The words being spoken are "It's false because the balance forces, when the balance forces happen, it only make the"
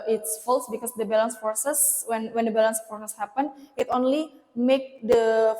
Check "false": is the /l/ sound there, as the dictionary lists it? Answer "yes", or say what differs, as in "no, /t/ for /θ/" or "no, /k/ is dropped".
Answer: yes